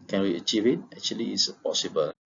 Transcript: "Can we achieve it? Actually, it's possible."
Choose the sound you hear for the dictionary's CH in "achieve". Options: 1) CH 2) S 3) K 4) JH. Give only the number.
1